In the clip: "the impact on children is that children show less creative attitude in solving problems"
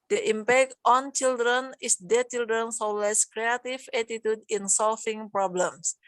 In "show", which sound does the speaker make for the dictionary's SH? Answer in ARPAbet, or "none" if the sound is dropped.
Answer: S